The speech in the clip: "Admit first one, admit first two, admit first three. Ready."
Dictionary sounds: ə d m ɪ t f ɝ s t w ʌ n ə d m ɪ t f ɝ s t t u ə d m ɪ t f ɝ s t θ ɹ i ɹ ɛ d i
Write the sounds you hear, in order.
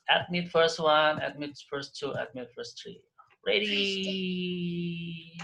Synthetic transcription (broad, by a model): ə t m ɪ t f ɝ s t w ʌ n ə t m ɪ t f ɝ s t t u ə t m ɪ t f ɝ s t ɹ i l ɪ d i